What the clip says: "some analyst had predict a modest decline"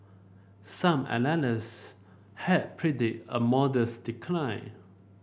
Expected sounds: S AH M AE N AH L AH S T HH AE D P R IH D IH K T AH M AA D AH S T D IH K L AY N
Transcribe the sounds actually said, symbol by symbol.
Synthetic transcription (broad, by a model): S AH M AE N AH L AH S HH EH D P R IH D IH T AH M AA D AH S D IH K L AY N